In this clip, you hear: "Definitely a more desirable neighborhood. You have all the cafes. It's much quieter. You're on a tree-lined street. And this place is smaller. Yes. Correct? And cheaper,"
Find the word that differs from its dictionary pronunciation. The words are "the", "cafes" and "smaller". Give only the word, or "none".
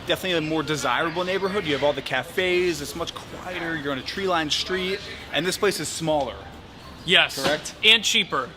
none